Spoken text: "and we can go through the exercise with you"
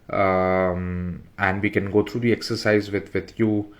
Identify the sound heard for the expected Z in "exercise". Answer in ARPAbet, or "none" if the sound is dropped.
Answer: Z